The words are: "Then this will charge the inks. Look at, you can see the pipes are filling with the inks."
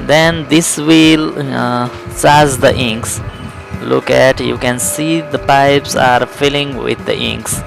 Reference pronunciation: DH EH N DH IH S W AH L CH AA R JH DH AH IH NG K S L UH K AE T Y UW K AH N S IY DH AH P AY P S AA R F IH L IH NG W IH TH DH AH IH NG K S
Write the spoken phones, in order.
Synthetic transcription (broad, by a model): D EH N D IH S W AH L S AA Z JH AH IH NG K S L UH K AE T Y UW K AH N S IY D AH P AY P S AA R F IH L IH NG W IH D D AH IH NG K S